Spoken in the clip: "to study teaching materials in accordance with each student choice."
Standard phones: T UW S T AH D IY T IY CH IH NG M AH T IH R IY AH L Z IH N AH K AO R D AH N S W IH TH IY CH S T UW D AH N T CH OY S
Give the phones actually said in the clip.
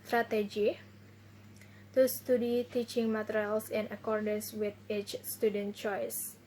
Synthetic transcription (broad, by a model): T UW S T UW D IY T IY CH IH NG M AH T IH R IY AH L S IH N AH K AO R D AH N S W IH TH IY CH S T UW D AH N T CH OY S